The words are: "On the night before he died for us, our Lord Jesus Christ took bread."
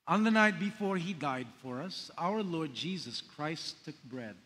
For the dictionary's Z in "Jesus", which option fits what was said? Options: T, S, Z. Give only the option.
Z